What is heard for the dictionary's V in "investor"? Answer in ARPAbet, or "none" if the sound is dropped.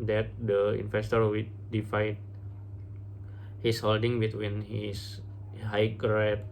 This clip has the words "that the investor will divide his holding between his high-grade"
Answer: F